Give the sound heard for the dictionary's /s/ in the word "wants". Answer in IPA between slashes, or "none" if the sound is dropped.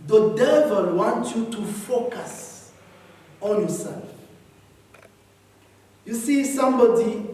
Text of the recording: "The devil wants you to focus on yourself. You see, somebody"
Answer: none